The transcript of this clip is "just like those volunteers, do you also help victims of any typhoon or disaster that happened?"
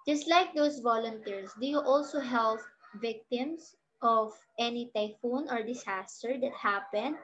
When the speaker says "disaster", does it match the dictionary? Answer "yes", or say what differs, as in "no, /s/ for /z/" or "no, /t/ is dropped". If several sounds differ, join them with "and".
no, /s/ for /z/